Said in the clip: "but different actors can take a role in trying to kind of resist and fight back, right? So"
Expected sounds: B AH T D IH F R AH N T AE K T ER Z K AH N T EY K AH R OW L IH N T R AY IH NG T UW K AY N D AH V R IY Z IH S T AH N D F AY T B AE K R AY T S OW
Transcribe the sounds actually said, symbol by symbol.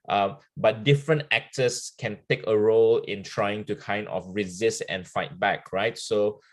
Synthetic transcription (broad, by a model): B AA T D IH F R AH N T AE K T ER S K AH N T EY K AH R OW L IH N T R AY IH NG T UW K AY N D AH F R IY Z IH S T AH N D F AY T B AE K R AY T S OW